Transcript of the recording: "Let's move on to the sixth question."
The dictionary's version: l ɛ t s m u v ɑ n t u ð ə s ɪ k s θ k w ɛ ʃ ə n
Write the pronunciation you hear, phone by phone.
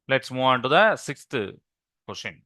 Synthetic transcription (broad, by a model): l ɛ t s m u ɑ n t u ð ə s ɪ k s t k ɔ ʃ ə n